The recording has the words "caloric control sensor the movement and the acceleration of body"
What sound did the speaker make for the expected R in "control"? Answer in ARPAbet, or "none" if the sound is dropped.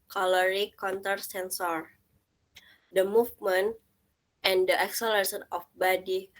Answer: none